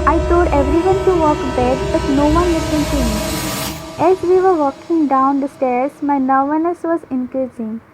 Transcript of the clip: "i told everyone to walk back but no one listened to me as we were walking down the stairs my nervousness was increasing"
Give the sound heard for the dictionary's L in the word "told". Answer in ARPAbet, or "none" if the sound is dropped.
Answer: none